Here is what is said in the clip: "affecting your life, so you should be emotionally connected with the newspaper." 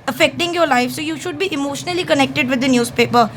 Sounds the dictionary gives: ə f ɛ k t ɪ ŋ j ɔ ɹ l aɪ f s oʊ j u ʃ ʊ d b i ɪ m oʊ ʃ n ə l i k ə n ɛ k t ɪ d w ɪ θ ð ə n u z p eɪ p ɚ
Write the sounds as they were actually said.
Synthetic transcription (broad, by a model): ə f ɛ k t ɪ ŋ j ɔ ɹ l aɪ f s oʊ j u ʃ ʊ d b i ɪ m oʊ ʃ n ə l i k ə n ɛ k t ɪ d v ɪ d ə n u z p eɪ p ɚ